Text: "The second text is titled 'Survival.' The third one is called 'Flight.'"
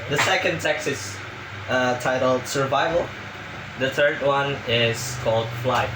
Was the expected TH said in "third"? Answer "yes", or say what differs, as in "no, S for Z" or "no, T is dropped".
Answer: yes